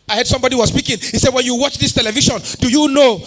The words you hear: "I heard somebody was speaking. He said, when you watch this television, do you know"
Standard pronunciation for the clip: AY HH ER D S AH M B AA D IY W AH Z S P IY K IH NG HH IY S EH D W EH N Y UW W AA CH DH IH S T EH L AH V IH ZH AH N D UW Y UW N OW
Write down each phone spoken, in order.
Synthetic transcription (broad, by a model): AY HH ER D S AH M B AA D IY W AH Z S P IY K IH NG HH IY S EH D W EH N Y UW W AA CH DH IH S T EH L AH V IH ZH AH N D UW Y UW N OW